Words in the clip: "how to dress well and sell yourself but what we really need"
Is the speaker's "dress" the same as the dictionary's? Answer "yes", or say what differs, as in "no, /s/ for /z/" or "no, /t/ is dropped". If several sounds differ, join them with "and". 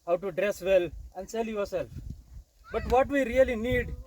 yes